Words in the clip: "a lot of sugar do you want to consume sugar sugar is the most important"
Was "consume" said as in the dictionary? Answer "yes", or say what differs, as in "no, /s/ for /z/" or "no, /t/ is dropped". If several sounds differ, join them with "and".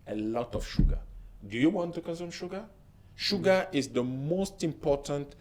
no, /n/ is dropped